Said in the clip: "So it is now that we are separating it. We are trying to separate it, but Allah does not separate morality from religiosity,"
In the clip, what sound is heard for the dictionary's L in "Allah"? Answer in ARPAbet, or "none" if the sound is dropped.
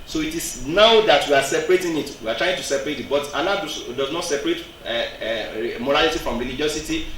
N